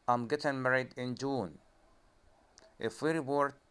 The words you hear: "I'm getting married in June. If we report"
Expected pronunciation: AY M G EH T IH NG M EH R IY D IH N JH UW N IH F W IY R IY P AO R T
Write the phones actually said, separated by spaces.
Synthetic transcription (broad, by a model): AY M G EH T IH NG M EH R IY D IH N JH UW N IH F W IY R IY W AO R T